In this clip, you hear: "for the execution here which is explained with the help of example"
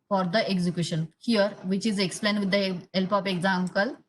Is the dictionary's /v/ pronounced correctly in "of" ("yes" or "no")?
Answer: no